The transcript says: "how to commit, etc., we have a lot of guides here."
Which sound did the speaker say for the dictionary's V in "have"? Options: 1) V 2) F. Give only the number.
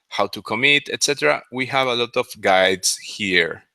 1